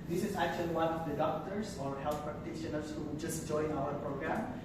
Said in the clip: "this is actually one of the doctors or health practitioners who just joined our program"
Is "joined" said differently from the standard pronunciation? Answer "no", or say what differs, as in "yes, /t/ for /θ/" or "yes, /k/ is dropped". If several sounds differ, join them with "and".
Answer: yes, /d/ is dropped